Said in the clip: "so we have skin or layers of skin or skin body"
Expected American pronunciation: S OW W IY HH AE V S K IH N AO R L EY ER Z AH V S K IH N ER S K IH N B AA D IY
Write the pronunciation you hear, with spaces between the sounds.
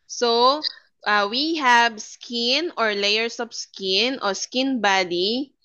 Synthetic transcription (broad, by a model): S OW W IY HH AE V S K IH N AO R L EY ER S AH P S K IH N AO S K IH N B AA D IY